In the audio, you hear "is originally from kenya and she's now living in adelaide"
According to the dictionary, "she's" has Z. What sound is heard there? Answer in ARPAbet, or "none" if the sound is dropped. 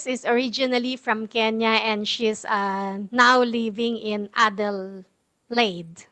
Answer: S